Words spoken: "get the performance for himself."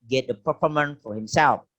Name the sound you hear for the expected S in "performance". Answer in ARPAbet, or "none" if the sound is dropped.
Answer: none